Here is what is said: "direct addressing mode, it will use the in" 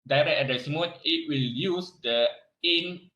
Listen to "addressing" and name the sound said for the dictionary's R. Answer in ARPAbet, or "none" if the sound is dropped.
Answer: none